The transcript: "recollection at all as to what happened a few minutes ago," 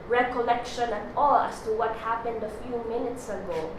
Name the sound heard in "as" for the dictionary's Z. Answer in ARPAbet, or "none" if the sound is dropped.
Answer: S